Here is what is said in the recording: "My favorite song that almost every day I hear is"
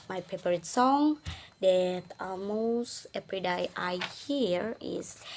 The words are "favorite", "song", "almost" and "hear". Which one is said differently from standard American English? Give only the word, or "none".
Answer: favorite